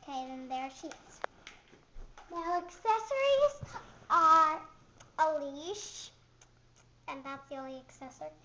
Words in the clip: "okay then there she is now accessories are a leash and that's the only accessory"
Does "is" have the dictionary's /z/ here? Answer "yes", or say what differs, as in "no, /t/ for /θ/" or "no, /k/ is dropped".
no, /s/ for /z/